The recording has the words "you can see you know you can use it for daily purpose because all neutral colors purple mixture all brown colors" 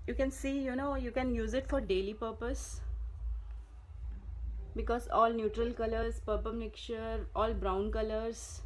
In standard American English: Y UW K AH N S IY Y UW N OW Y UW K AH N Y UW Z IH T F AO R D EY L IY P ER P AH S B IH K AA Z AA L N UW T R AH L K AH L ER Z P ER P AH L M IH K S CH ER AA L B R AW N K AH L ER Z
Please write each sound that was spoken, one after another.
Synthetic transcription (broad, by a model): Y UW K AH N S IY Y UW N OW Y UW K AH N Y UW Z IH T F AO R D EY L IY P ER P AH S B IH K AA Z AA L N UW T R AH L K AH L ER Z P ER P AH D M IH K CH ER AA L B R AW N K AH L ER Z